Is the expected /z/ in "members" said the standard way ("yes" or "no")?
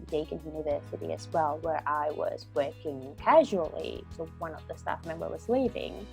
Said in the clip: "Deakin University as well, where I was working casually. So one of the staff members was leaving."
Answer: no